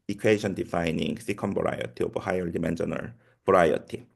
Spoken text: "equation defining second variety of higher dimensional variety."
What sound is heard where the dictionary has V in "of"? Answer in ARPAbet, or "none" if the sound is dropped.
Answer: B